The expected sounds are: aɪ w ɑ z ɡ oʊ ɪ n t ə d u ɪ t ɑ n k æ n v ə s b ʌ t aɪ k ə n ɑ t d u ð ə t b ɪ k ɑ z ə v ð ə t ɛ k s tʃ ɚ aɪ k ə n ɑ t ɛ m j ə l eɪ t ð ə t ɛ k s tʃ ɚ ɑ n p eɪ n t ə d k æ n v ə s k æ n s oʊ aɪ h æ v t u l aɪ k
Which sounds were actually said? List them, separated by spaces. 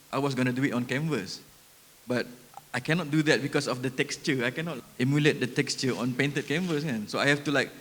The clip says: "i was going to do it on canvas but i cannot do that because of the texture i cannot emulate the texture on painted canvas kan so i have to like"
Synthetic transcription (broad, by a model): aɪ w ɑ s ɡ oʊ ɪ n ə d u ɪ t ɑ n k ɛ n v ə s b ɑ t aɪ k ə n ɑ t d u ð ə t b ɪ k ɑ s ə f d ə t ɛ k s tʃ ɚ aɪ k ə n ɑ t ɛ m j ə l eɪ t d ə t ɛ k s tʃ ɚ ɑ n p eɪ n t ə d k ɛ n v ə s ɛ n s oʊ aɪ h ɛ f t u l aɪ k